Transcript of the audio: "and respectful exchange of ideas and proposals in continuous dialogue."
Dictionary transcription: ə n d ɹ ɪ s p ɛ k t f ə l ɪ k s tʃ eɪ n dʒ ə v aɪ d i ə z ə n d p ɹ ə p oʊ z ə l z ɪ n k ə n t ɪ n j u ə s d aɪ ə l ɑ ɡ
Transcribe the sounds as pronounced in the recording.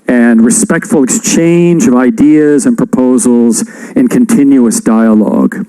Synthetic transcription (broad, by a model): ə n ɹ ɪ s p ɛ k t f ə l ɪ k s tʃ eɪ n dʒ ə v aɪ d i ə z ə n p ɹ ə p oʊ z l z ɪ n k ə n t ɪ n j u ə s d aɪ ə l ɑ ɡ